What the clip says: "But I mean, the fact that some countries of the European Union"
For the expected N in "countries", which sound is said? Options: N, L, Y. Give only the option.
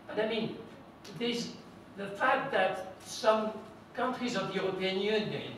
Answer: N